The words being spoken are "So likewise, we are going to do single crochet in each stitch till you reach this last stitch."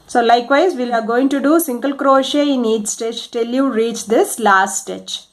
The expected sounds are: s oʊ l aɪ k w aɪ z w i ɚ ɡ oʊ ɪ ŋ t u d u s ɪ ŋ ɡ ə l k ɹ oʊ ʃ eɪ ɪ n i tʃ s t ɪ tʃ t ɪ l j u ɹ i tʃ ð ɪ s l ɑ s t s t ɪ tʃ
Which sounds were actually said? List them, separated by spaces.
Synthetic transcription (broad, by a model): s oʊ l aɪ k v aɪ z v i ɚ ɡ oʊ ɪ ŋ t u d u s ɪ ŋ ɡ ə l k ɹ oʊ ʃ eɪ ɪ n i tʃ s t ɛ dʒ t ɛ l j u ɹ i tʃ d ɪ s l ɑ s t s t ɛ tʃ